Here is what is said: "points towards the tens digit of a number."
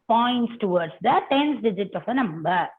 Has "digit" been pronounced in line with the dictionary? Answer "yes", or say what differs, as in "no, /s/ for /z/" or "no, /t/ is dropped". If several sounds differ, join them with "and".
yes